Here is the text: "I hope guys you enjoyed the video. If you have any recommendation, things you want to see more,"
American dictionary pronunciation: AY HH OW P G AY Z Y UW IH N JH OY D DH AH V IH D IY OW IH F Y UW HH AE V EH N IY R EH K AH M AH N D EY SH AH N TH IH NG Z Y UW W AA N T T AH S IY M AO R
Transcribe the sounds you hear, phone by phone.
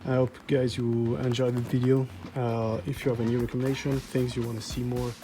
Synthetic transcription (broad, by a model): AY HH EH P G AY Z Y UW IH N JH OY DH AH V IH D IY OW IH F Y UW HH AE V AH N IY R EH K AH M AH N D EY SH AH N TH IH NG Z Y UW W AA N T T AH S IY M AO R